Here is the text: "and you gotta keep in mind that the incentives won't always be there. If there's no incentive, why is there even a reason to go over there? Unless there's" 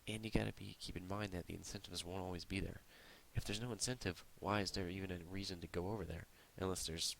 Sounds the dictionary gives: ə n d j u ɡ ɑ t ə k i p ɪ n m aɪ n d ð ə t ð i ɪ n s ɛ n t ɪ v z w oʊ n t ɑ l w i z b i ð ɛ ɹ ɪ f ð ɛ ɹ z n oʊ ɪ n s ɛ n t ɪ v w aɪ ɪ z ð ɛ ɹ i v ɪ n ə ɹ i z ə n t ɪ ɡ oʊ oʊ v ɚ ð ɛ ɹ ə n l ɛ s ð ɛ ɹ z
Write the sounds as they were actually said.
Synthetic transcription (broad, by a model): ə n j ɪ ɡ ɑ t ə k i p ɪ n m aɪ n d ð ə t ð i ɪ n s ɛ n t ɪ v z w oʊ n t ɑ l w i z b i ð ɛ ɹ ɪ f ð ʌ ɹ z n oʊ ɪ n s ɛ n t ɪ v w aɪ ɪ z ð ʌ ɹ i v ɪ n ə ɹ i z ə n t ɪ ɡ oʊ oʊ v ɚ ð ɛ ɹ ə n l ɛ s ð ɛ ɹ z